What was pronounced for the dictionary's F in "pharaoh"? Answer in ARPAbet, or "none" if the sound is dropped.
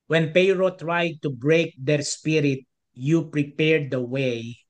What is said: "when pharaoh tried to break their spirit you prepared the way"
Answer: P